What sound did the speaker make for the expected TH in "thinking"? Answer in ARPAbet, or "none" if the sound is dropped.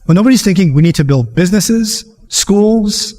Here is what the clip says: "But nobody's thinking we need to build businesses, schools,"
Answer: TH